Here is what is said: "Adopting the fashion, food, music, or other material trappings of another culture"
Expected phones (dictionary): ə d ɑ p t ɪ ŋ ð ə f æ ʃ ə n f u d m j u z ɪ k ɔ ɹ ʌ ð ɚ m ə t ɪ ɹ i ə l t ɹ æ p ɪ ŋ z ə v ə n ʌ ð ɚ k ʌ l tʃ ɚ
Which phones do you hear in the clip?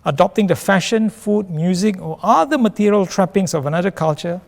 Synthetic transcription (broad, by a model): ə d ɑ p t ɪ ŋ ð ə f æ ʃ ə n f u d m j u z ɪ k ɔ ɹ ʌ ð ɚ m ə t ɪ ɹ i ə l t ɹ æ p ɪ ŋ s ə v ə n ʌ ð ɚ k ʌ l tʃ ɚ